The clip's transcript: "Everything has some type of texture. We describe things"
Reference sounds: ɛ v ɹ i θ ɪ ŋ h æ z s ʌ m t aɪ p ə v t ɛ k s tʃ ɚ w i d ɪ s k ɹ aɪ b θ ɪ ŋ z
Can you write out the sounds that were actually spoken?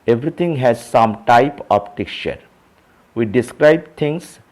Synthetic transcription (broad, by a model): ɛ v ɹ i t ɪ ŋ h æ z s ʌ m t aɪ p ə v t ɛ k tʃ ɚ w i d ɪ s k ɹ aɪ b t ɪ ŋ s